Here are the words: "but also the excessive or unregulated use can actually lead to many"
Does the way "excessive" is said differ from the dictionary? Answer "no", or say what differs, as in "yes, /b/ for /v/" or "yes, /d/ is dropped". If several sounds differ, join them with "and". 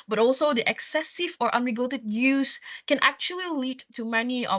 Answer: no